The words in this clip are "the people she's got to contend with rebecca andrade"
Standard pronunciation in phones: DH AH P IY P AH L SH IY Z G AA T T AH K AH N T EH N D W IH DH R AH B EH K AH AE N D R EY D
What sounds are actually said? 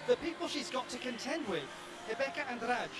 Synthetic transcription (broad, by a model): DH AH P IY P AH L SH IY Z G AA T T AH K AH N T EH N D W IH DH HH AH B EH K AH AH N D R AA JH